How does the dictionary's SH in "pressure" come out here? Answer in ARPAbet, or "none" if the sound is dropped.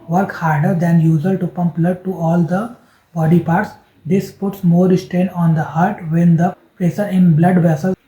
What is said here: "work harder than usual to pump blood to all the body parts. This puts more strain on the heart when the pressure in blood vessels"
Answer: S